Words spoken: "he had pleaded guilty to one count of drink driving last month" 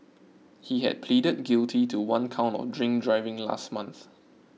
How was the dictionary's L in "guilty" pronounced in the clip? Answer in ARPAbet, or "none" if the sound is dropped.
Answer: L